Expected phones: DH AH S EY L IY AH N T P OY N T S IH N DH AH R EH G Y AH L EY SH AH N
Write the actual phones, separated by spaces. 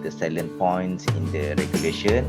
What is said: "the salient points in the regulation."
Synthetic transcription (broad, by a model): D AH S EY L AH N P OY N T S IH N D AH R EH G Y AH L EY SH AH N